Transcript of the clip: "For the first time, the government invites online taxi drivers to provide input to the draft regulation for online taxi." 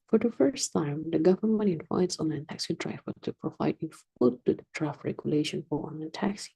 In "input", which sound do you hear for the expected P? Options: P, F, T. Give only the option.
F